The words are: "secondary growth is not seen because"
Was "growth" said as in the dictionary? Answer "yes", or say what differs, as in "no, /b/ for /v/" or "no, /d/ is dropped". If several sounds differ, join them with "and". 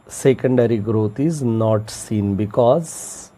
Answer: no, /t/ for /θ/